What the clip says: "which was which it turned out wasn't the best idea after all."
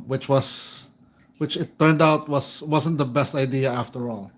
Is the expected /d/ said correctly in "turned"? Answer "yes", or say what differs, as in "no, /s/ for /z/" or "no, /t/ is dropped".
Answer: yes